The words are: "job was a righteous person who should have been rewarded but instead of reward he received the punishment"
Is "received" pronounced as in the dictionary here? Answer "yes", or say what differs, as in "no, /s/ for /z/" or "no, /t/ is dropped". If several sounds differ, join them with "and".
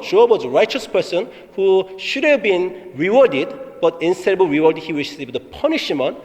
no, /w/ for /ɹ/ and /ʃ/ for /s/